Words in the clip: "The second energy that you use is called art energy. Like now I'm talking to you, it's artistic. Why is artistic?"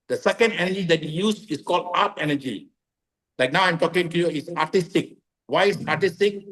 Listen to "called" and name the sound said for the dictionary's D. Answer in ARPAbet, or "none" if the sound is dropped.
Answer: D